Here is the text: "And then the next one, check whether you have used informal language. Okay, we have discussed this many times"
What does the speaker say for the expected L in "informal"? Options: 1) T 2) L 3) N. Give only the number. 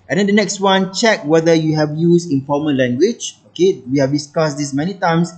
3